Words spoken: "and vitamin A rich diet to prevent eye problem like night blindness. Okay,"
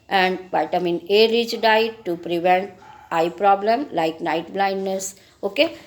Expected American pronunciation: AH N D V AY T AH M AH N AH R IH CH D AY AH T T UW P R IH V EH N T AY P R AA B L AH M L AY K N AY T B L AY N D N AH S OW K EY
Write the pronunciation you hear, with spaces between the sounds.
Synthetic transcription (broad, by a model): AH N D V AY T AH M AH N AH R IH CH D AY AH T T UW P R IH V EH N T AY P R AA B L AH M L AY K N AY T B L AY N D N AH S OW K EY